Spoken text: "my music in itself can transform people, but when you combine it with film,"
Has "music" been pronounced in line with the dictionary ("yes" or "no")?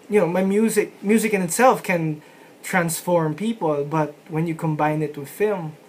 yes